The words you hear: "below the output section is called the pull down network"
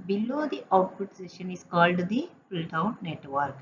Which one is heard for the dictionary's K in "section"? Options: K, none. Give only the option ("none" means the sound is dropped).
none